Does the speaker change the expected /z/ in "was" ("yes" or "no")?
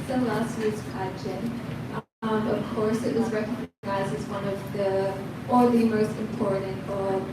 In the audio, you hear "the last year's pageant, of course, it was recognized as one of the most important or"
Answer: no